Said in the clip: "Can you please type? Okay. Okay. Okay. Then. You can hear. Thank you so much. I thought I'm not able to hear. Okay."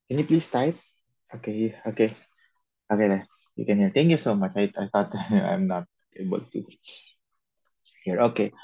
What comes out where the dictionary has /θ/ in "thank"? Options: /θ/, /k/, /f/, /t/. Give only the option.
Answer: /t/